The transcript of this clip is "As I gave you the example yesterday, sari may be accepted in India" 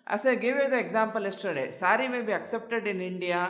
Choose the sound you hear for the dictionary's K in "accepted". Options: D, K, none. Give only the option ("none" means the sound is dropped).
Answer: K